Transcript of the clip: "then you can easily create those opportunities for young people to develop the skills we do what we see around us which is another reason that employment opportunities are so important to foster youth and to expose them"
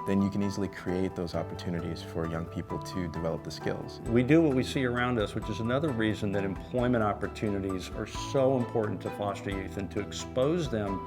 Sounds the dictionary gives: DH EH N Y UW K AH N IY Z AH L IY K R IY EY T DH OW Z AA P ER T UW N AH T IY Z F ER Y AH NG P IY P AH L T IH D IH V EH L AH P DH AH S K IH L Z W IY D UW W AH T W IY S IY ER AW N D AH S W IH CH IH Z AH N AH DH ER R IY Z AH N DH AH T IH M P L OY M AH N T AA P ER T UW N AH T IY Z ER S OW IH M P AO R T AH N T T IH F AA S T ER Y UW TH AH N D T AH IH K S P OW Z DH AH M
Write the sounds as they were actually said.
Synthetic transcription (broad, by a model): DH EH N Y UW K AH N IY Z L IY K R IY EY T DH OW Z AA P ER T UW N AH T IY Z F ER Y AH NG P IY P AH L T IH D IH V EH L AH P DH AH S K IH L Z W IY D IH W AH T W IY S IY ER AW N D AH S W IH CH IH Z AH N AH DH ER R IY Z AH N DH AH T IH M P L OY M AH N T AA P ER T UW N AH T IY Z ER S OW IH M P AO R T N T T IH F AA S T ER Y UW TH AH N T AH IH K S P OW Z DH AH M